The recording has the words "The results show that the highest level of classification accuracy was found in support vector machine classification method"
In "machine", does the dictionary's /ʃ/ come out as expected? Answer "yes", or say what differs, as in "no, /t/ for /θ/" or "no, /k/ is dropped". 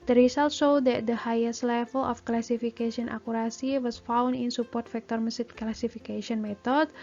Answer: no, /s/ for /ʃ/